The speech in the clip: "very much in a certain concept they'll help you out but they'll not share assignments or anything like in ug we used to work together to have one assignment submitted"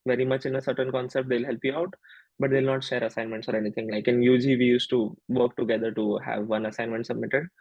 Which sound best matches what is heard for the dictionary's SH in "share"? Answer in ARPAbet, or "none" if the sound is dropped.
SH